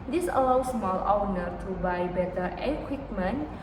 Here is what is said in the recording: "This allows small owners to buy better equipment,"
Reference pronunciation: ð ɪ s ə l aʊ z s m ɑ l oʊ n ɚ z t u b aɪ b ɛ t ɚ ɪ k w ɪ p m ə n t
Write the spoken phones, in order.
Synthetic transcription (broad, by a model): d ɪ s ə l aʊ s m ɑ l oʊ n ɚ t u b aɪ b ɛ t ɚ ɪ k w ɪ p m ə n